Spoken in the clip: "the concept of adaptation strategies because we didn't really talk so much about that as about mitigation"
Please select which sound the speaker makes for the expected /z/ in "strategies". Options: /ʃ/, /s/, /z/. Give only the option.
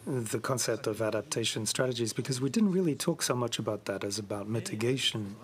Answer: /z/